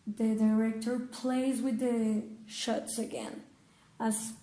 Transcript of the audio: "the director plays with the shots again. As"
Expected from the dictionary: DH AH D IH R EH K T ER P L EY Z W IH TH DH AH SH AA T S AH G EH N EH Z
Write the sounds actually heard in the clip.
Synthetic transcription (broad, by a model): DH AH D IH R EH K T ER P L EY Z W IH DH AH SH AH T S AH G EH N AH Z